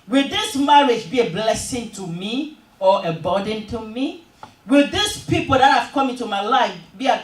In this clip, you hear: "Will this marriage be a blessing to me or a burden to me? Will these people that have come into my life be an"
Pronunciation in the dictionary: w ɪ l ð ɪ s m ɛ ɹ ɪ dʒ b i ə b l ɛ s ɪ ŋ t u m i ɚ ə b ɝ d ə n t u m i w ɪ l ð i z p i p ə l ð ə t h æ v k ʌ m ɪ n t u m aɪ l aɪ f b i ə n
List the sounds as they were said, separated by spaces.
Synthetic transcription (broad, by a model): w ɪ l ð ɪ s m ɛ ɹ ɪ dʒ b i ə b l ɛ s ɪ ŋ t u m i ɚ ə b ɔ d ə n t u m i w ɪ l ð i s p i p ə l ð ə t h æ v k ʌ m ɪ n t u m aɪ l aɪ f b i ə